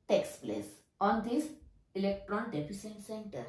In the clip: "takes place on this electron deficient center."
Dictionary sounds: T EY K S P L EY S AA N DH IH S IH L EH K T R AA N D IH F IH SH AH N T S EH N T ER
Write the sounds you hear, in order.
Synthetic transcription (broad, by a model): T EY K S P L EY S AA N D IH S IH L EH K T R AA N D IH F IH S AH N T S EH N T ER